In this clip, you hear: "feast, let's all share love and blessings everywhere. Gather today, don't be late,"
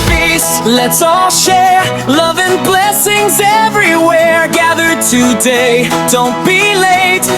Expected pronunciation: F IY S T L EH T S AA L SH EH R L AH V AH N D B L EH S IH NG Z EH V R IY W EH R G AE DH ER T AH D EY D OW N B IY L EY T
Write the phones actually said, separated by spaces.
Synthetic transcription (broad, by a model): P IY S L EH T S AA L SH EH R L AH V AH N B L EH S IH NG Z EH V R IY W EH R G AE DH ER T AH D EY D OW N B IY L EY T